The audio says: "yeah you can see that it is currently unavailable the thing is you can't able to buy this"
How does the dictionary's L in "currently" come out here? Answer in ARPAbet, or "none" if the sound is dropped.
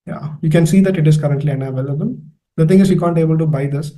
L